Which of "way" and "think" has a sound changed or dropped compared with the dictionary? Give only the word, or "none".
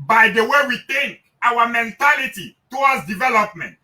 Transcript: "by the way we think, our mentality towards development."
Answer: think